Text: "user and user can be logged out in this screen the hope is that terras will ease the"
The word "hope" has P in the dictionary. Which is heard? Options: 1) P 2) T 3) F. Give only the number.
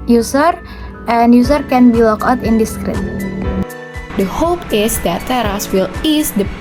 1